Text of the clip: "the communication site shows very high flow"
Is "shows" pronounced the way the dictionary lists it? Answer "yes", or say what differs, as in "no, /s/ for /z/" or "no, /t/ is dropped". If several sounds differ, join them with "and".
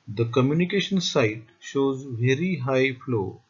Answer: yes